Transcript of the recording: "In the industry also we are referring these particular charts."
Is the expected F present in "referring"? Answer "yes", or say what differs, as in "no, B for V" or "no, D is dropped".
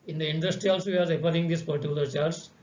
no, P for F